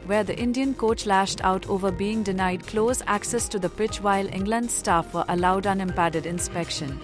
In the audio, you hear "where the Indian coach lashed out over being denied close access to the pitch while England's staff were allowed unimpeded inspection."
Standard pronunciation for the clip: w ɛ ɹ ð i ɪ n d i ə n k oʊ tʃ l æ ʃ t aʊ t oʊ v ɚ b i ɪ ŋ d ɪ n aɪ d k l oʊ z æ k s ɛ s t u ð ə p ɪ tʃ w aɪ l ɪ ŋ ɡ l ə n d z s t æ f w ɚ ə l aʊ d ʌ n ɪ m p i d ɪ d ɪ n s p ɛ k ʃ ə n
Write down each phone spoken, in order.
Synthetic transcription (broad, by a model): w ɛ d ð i ɪ n d i ə n k oʊ tʃ l æ ʃ t aʊ t oʊ v ɚ b i ɪ ŋ d ɪ n aɪ d k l oʊ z æ k s ɛ s t u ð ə p ɪ tʃ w aɪ l ɪ ŋ ɡ l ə n d s t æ f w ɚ ə l aʊ d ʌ n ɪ m p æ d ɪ d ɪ n s p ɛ k ʃ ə n